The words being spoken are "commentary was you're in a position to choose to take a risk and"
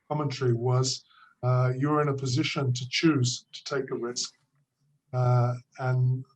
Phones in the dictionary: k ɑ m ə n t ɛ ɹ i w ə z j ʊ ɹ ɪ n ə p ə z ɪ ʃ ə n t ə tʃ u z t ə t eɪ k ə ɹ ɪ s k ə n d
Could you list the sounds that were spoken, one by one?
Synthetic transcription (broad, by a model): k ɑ m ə n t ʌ ɹ i w ə z j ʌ ɹ ɪ n ə p ə z ɪ ʃ ə n t ə tʃ u z t ə t eɪ k ə ɹ ɪ s k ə n